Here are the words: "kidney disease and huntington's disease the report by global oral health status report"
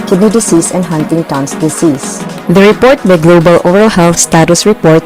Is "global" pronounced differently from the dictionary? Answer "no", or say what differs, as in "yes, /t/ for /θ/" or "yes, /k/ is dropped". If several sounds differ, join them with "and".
no